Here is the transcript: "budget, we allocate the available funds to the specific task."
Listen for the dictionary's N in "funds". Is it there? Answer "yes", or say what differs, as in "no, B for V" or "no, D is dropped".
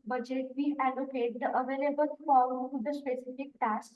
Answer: no, N is dropped